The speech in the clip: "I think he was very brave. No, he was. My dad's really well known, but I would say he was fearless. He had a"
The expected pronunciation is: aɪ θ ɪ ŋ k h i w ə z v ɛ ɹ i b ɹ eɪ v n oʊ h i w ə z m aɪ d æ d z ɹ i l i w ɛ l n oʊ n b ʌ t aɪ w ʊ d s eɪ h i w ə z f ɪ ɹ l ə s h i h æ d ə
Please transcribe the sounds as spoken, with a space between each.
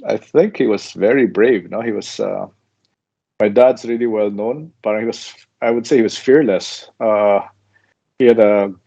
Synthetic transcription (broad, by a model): aɪ θ ɪ ŋ k h i w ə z v ɛ ɹ i b ɹ eɪ v n oʊ h i w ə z m aɪ d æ d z ɹ i l i w ɛ l n oʊ n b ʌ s aɪ w ʊ d s eɪ h i w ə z f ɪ ɹ l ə s h i h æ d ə